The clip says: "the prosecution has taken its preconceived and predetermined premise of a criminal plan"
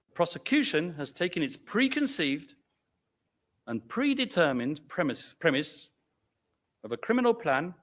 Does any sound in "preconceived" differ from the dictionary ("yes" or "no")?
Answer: no